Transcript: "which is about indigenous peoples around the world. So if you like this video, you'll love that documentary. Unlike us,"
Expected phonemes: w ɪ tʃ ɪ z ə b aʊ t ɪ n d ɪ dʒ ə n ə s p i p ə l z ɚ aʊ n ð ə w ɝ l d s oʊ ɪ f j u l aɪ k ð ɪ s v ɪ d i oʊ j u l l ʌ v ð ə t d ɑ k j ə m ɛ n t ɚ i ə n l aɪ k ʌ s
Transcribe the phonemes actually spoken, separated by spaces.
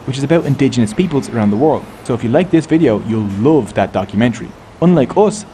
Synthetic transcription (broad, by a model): w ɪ tʃ ɪ z ə b aʊ t ɪ n d ɪ dʒ ə n ə s p i p ə l z ɚ aʊ n ð ə w ɝ l d s oʊ ɪ f j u l aɪ k ð ɪ s v ɪ d i oʊ j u l l ʌ v ð ə t d ɑ k j ə m ɛ n t ɚ i ə n l aɪ k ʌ s